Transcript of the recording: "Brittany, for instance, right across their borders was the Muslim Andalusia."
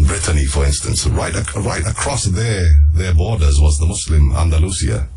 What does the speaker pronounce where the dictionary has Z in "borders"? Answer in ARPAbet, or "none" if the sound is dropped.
Z